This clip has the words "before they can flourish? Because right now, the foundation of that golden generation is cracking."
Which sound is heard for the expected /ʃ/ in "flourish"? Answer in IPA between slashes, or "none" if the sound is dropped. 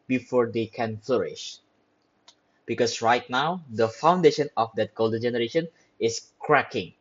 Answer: /ʃ/